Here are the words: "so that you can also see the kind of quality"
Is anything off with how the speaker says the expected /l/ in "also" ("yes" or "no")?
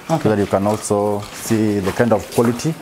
no